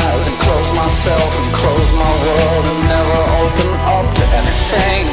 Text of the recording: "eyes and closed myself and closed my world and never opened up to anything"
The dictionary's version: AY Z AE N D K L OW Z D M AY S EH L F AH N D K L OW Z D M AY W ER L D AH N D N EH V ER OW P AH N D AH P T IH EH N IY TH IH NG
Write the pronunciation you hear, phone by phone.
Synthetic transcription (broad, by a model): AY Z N K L OW Z M AY S EH L F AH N K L OW Z M AY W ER L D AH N N EH V ER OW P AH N AH P T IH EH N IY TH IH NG